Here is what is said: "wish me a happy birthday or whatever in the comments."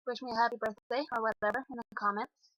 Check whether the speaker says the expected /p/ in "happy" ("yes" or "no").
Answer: yes